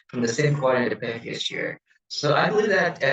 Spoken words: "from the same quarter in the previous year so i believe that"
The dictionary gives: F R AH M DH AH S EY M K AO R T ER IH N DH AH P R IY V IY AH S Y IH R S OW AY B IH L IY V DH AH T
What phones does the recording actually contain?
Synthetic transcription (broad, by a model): F R AH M DH AH S EY M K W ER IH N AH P AE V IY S Y IH R S OW AY B IH L IY V DH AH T